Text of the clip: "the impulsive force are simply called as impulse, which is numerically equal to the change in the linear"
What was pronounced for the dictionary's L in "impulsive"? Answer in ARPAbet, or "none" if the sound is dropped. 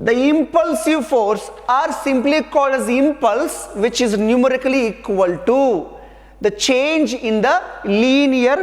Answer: L